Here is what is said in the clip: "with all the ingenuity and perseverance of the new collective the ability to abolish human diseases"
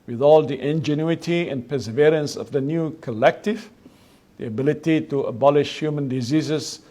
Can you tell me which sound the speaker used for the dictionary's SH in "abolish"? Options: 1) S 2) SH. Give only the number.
2